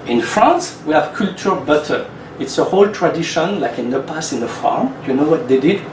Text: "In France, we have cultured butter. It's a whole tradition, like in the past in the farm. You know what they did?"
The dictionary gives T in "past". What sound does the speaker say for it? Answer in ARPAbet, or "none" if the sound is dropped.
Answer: none